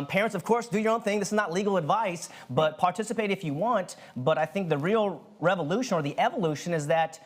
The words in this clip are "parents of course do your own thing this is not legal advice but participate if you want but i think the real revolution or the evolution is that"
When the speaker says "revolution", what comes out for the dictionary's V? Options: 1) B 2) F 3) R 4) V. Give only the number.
4